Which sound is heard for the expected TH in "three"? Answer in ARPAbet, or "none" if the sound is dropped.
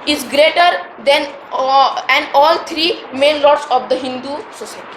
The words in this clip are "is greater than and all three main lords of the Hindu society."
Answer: T